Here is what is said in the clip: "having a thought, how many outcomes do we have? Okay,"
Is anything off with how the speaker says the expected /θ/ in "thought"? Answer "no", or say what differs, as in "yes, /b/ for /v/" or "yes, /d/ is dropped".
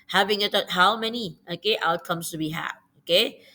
yes, /t/ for /θ/